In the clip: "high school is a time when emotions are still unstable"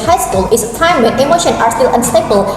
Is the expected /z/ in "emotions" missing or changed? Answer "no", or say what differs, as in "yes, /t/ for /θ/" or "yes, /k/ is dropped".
yes, /z/ is dropped